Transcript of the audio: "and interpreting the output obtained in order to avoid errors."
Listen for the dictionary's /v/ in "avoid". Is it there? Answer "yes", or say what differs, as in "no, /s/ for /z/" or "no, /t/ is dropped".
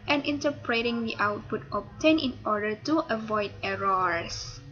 yes